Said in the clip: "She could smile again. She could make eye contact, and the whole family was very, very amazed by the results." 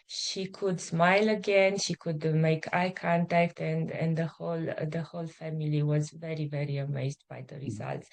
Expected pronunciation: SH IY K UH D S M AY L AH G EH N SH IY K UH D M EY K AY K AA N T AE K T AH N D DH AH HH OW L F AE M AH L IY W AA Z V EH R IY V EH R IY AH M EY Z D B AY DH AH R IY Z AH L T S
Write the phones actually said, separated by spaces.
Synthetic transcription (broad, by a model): SH IY K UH D S M AY L AH G EH N SH IY K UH D M EY K AY K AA N T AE K T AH N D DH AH HH OW L F AE M AH L IY W AA Z V EH R IY V EH R IY AH M EY Z D B AY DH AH R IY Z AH L T S